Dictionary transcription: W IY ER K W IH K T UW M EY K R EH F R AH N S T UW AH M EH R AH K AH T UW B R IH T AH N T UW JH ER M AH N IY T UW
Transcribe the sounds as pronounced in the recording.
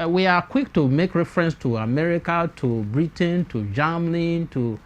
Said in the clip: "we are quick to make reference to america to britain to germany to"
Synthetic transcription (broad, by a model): W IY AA K W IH K T UW M EY K R EH F R AH N S T UW AH M EH R AH K AH T UW B R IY T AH N T UW JH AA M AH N T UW